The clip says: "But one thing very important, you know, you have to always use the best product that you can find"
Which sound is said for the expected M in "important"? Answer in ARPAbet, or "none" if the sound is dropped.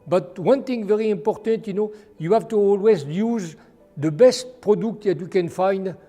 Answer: M